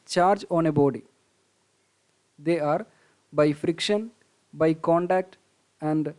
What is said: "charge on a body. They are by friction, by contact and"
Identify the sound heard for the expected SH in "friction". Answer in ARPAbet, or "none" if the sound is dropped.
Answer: SH